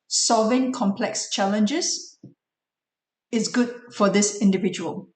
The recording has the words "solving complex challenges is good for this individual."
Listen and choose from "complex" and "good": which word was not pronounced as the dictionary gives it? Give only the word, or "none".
none